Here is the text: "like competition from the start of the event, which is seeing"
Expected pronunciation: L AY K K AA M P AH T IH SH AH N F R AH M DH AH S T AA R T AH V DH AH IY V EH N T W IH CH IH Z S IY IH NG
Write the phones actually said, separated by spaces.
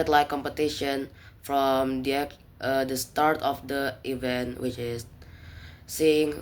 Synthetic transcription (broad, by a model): L AY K K AA M P AH T IH SH AH N F R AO M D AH S T AA R T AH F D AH IY V EH N T W IH CH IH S S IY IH NG